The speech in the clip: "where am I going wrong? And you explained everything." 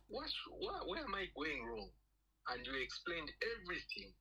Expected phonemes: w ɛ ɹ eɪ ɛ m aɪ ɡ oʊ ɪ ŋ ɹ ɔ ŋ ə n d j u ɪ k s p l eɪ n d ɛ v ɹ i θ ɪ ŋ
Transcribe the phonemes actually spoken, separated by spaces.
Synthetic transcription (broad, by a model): w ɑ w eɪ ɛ m aɪ ɡ oʊ ɪ ŋ ɹ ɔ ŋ ə n d j u ɪ k s p l eɪ n d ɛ v ɹ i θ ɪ ŋ